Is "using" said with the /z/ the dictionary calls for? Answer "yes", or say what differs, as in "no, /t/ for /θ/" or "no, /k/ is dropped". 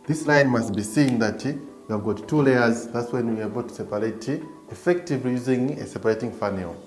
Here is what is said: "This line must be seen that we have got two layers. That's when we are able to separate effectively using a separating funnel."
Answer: yes